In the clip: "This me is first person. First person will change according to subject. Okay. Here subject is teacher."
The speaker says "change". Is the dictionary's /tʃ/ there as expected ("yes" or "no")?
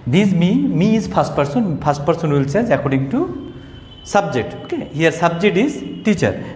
no